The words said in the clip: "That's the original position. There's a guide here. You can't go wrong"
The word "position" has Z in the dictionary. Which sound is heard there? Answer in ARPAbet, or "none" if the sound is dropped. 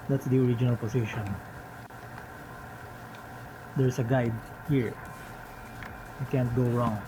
S